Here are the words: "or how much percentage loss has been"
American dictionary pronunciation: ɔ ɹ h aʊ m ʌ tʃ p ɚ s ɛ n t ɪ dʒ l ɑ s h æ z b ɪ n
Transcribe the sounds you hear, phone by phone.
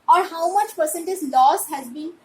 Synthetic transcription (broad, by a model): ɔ ɹ h aʊ m ʌ tʃ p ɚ s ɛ n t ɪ z l ɑ s h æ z b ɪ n